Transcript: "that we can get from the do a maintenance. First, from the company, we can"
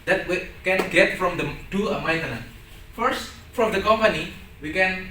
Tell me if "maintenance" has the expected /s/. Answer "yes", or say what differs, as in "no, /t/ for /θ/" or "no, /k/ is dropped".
no, /s/ is dropped